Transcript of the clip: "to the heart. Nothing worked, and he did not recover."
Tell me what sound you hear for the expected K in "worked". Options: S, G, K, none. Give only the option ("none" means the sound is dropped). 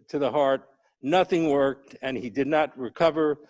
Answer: K